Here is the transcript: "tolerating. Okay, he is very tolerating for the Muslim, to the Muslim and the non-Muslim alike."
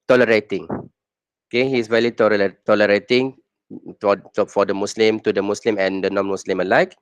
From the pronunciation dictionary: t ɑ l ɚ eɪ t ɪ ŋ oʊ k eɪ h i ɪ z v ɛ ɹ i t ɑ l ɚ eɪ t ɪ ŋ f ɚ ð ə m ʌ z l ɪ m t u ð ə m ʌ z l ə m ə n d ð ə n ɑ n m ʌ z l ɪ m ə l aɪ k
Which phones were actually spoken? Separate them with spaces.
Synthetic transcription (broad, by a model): t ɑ l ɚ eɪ t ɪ ŋ oʊ k eɪ h i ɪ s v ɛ l i t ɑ l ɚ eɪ t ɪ ŋ f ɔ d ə m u s l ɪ m t u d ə m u s l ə m ə n d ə n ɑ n m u s l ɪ m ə l aɪ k